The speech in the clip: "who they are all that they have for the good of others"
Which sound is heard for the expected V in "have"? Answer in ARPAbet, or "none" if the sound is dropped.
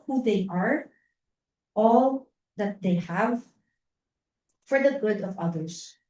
V